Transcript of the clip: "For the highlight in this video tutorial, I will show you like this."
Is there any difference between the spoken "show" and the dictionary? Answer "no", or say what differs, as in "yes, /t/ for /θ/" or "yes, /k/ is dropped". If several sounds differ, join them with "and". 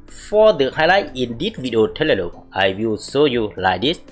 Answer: yes, /s/ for /ʃ/